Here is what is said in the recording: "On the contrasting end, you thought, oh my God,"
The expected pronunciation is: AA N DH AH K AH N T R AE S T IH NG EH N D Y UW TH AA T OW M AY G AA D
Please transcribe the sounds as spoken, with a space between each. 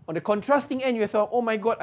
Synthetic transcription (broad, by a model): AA N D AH K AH N T R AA S T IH NG EH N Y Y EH S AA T OW M AY G AA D